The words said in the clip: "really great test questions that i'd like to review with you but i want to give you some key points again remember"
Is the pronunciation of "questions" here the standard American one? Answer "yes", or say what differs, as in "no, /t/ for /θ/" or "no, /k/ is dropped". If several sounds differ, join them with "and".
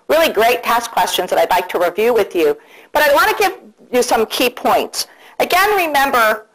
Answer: yes